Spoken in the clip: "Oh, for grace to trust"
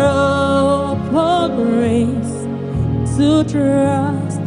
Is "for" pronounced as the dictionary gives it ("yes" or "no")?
no